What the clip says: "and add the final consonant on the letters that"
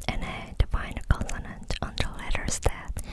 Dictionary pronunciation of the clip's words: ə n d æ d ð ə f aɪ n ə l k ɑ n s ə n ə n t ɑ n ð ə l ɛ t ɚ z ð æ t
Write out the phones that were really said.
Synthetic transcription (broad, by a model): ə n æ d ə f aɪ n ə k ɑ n ə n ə n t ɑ n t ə l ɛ t ɚ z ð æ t